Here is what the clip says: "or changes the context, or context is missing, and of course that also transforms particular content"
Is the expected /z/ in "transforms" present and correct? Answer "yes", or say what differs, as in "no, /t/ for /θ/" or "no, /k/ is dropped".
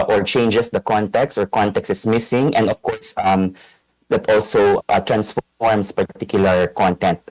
no, /s/ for /z/